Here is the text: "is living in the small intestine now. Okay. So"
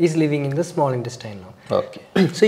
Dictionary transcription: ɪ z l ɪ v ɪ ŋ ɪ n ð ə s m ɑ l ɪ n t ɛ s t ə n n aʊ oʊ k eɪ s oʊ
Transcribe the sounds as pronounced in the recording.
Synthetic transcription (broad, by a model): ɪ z l ɪ v ɪ ŋ ɪ n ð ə s m ɑ l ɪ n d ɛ s t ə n l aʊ oʊ k eɪ s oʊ